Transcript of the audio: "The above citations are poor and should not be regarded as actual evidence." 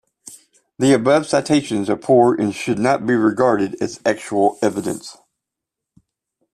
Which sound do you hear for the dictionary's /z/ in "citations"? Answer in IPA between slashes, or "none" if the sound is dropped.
/z/